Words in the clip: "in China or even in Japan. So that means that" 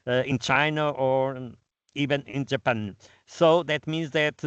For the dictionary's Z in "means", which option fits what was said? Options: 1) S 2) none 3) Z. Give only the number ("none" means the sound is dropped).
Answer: 3